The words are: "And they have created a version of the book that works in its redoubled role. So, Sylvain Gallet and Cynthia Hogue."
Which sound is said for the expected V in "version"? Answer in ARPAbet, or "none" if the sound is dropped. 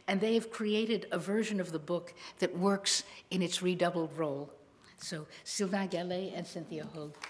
V